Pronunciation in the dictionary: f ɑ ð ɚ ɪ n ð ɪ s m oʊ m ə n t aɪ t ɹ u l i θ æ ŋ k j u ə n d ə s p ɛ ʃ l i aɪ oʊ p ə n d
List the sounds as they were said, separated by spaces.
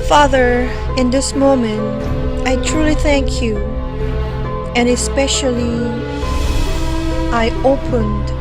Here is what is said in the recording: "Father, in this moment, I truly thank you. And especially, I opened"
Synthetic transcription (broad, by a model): f ɑ ð ɚ ɪ n ð ɪ s m oʊ m ə n t aɪ t ɹ u l i θ æ ŋ k j u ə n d ə s p ɛ ʃ l i aɪ oʊ p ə n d